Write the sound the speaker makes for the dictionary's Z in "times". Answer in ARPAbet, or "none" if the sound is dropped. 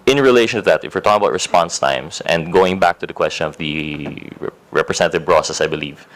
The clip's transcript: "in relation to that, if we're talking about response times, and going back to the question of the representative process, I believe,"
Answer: S